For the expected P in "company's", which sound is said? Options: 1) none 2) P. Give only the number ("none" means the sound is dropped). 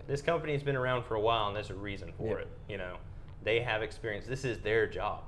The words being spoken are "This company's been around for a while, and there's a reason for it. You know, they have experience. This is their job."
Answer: 2